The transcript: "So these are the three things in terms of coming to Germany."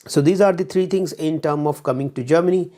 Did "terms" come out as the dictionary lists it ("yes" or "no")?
no